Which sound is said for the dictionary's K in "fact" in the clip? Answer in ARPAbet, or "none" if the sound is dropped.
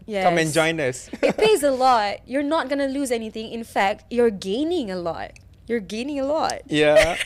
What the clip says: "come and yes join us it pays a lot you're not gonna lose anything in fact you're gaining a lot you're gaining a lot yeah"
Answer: K